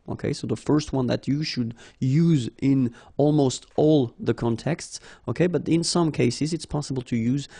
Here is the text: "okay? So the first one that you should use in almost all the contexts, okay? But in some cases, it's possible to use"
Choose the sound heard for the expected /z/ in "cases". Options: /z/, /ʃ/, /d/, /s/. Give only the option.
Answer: /z/